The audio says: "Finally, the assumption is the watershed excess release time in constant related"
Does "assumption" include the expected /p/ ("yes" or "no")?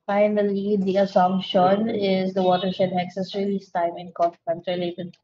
no